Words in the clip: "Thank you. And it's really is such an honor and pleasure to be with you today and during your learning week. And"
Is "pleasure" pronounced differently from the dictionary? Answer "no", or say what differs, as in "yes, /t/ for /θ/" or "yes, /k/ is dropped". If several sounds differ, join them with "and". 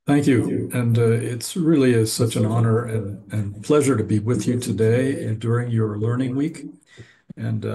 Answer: no